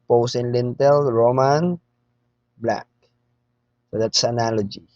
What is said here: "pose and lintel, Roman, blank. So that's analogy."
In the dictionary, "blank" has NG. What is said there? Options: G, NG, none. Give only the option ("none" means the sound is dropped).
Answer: none